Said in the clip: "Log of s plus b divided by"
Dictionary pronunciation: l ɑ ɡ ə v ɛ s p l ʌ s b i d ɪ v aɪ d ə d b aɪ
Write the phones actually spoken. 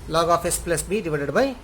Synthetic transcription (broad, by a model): l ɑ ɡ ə p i s p l ʌ s b i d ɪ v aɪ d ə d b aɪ